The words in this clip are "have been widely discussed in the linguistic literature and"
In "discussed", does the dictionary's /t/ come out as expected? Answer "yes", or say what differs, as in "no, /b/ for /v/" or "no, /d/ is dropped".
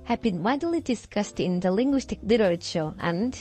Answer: yes